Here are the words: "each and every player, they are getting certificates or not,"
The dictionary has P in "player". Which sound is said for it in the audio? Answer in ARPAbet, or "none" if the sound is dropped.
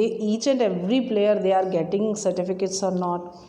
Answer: P